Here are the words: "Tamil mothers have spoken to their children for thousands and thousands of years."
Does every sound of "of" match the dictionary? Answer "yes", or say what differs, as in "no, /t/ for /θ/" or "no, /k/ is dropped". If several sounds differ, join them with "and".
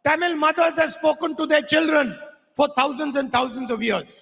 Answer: yes